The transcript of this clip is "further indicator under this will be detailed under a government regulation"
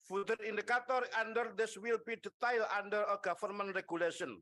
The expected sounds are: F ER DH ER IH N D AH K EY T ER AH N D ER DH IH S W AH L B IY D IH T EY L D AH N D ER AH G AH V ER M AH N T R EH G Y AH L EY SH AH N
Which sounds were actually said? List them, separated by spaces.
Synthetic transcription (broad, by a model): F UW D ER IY N D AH K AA T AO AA N D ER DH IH S W AH L B IY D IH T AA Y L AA N D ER AH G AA F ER M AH N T R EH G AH L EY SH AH N